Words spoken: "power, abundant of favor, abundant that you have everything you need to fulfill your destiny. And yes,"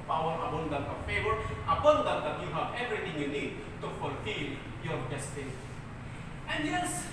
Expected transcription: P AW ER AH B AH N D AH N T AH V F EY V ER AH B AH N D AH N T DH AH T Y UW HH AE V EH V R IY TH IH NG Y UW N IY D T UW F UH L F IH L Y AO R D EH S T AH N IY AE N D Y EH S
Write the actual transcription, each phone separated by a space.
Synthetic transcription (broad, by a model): P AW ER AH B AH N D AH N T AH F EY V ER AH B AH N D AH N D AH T Y UW HH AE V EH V R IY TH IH NG Y UW N IY D T UW F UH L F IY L Y AO R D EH S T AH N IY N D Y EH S